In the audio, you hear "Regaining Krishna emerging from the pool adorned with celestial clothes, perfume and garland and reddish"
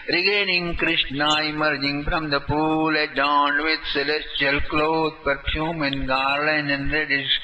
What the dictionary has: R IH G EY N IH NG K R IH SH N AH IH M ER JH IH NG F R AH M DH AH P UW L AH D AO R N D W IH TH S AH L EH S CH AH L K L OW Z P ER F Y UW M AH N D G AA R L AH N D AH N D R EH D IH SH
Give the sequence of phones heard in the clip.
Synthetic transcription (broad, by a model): R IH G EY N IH NG K R IH SH N AH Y M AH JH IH NG P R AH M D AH P UW L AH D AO N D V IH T S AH L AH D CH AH L K L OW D P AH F Y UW M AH N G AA R L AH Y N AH N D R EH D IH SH